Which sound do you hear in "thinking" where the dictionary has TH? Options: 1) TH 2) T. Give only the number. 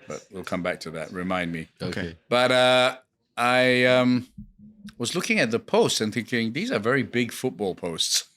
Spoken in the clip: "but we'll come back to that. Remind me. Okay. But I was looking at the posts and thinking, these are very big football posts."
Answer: 1